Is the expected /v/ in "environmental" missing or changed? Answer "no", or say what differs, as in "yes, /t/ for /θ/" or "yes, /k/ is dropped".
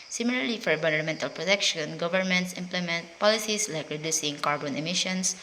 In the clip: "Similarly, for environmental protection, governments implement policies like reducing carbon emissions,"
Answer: yes, /v/ is dropped